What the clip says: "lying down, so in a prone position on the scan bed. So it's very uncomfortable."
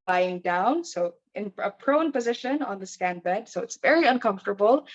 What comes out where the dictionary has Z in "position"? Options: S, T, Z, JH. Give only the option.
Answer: Z